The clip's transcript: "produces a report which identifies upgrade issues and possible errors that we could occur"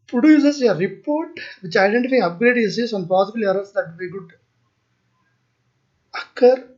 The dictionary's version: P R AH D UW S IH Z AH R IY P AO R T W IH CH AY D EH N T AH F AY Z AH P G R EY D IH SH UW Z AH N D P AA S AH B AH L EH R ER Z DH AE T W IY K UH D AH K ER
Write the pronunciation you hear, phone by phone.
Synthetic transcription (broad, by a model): P R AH D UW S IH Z AH R IY P AO R T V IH CH AY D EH N T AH F AY AH P G R EY D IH S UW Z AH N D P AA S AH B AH L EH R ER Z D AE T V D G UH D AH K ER